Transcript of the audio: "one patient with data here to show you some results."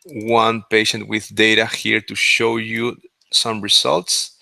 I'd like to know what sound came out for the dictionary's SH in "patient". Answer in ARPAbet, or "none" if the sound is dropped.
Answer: SH